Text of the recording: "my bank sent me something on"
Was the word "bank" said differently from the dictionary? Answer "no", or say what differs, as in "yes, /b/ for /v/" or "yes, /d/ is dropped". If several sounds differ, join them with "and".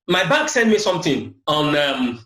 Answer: yes, /ŋ/ is dropped